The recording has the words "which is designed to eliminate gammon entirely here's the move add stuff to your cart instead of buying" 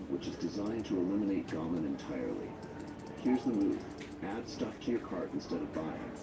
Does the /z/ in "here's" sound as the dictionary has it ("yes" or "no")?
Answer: yes